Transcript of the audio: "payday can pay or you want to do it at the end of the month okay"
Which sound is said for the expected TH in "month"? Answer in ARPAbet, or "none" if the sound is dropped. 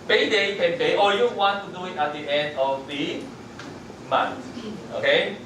S